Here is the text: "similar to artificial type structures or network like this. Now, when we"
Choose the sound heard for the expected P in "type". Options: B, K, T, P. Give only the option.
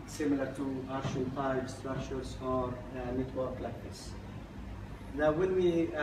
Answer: B